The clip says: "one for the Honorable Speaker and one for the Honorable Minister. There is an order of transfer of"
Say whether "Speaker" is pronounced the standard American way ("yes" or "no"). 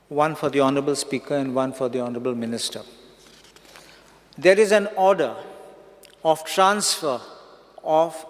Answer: yes